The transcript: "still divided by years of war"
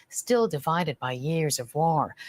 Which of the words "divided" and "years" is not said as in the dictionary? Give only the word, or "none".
none